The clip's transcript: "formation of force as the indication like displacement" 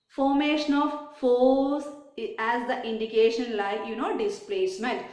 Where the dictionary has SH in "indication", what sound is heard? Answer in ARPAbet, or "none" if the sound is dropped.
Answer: SH